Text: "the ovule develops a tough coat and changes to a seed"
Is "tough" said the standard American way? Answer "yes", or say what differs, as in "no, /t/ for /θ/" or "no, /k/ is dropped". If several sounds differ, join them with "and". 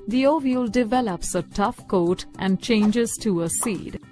yes